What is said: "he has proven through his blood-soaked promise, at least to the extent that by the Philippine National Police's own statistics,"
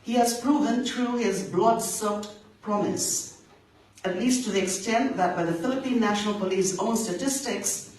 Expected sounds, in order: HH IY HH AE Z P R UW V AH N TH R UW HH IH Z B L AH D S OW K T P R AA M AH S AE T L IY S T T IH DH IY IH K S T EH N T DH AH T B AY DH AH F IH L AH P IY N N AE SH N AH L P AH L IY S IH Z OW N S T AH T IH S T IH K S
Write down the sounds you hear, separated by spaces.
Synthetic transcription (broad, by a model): HH IY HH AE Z P R UW V AH N T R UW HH IH Z B L AH D S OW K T P R AA M AH S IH T L IY S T T IH DH IY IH K S T EH N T DH AH T B AY DH AH F IH L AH P IY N N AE SH N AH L P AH L IY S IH UH N S T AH T IH S T IH K S